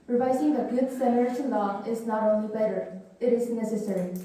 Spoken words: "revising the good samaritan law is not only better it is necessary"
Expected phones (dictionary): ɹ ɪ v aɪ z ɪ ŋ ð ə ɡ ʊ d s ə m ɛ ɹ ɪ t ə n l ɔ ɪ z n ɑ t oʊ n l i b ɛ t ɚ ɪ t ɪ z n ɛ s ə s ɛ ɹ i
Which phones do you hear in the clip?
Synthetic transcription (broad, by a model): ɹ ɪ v aɪ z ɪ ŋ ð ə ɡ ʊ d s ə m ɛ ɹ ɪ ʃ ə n l ɔ ɪ z n ɑ t oʊ n l i b ɛ t ɚ ɪ t ɪ z n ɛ s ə s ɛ ɹ i